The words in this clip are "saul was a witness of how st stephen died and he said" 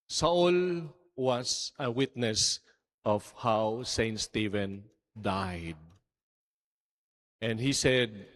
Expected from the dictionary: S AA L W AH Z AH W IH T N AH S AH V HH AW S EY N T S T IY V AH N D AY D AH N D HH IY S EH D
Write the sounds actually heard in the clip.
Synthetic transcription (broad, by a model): S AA L W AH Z AH W IH T N AH S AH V HH AW S EY N T S T IY V AH N D AY D AH N D HH IY S EH D